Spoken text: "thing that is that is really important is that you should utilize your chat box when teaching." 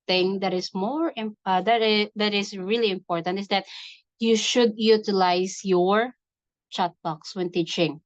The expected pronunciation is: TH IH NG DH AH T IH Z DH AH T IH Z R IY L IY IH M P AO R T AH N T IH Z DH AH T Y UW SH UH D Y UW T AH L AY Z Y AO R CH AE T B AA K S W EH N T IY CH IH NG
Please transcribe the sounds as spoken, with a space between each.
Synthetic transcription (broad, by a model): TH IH NG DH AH T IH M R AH T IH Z R IY L IY IH M P AO R T AH N T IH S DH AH T Y UW SH UH D Y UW T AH L AY S Y AO R CH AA T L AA K S W EH N T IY CH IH NG